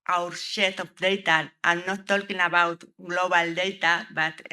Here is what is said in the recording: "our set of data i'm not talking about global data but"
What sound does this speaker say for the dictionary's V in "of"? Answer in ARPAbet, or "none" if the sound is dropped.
P